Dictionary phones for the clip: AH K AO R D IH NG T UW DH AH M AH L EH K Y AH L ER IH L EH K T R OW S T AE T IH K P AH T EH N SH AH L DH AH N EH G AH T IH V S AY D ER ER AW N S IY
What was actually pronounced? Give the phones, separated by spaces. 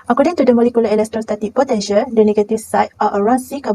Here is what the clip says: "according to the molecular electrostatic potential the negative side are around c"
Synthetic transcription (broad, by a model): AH K AO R D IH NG T UW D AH M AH L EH K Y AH L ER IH L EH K T R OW S T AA T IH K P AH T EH SH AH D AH N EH G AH T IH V S AY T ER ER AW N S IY